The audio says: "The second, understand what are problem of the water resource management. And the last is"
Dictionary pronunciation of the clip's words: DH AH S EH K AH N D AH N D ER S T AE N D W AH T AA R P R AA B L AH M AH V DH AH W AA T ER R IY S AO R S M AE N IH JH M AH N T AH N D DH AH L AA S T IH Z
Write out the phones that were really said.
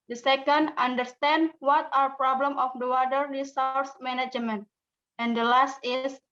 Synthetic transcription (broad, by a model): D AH S EH K AH N D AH N D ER S T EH N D W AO T AA R P R AA B L AH M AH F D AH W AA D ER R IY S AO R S M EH N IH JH M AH N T AH N D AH L AA S T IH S